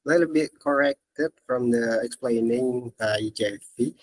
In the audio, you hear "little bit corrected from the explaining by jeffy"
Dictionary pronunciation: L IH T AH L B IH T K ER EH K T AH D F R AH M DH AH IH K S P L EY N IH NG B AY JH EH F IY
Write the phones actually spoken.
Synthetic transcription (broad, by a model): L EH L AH B IH T K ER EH K T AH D F R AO M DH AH IH K S P L EY N IH NG B AY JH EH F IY